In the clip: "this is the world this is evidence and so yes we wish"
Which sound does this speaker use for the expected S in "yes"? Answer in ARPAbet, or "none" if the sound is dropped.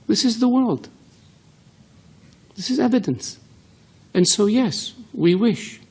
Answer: S